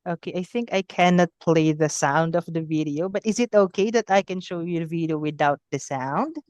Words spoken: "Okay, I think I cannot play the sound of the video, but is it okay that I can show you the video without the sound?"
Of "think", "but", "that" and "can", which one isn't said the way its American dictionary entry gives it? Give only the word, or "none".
none